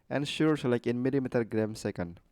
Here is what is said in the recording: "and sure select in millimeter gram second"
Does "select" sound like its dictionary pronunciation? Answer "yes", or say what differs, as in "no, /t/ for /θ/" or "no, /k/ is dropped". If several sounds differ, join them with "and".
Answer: no, /t/ is dropped